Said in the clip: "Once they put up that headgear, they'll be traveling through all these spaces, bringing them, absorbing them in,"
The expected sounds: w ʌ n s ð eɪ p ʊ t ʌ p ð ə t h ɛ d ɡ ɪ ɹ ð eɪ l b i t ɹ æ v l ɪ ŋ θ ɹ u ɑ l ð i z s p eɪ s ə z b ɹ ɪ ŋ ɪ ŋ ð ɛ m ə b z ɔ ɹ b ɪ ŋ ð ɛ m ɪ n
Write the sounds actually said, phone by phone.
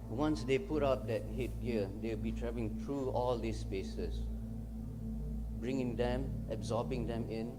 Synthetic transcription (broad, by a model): w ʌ n s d eɪ p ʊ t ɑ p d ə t h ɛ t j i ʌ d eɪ w b i t ɹ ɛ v l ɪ ŋ t ɹ u ɑ l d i s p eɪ s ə s b ɹ ɪ ŋ ɪ ŋ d ɛ m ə b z ɔ b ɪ ŋ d ɛ m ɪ n